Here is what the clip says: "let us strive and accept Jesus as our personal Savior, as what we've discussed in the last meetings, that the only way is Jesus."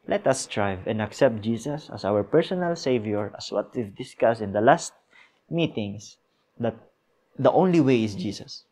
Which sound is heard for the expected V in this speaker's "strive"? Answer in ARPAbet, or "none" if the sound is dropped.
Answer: V